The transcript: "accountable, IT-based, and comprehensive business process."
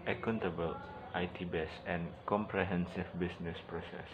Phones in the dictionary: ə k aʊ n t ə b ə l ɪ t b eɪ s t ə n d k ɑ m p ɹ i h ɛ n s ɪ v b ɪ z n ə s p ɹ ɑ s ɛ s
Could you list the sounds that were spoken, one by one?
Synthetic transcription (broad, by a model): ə k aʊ n t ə b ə l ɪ t b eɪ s ə n k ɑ m p ɹ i h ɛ n s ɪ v b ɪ s n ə s p ɹ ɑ s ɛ s